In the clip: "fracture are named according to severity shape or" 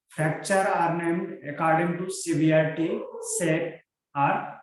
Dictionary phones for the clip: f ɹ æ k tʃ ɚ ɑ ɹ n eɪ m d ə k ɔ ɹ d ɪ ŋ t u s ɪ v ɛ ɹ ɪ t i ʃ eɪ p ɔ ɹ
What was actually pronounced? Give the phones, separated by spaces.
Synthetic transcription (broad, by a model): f ɹ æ k tʃ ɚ ɑ ɹ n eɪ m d ə k ɔ ɹ d ɪ ŋ t u s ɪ b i ɪ t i s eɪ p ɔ ɹ